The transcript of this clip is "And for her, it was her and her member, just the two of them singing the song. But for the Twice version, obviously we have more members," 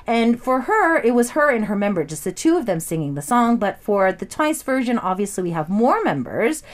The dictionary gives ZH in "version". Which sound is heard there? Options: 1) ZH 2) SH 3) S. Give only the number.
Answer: 1